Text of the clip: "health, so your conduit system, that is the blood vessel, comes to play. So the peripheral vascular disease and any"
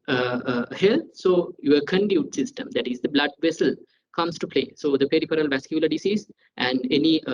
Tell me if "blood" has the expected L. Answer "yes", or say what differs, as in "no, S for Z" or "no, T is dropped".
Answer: yes